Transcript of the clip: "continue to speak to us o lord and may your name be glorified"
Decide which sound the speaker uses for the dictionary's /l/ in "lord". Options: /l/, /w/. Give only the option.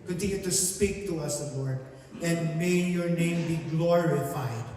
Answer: /w/